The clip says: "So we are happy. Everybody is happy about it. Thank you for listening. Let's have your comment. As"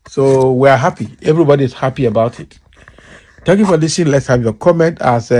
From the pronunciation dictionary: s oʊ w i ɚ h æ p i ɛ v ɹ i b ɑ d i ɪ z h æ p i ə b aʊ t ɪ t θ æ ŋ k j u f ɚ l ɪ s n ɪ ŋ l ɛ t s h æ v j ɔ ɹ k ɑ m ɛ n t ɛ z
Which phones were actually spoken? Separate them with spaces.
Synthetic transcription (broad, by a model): s oʊ w i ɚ h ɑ p i ɛ v ɹ i b ɑ d i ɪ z h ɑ p i ə b aʊ t ɪ t t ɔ k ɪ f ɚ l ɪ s ɪ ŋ l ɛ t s h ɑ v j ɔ k ɑ m ɛ n t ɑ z